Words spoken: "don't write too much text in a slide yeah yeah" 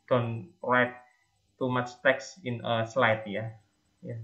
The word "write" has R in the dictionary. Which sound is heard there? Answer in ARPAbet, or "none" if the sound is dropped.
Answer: L